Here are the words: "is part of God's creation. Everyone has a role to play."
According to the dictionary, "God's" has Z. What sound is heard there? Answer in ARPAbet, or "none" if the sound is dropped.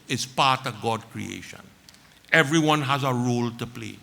none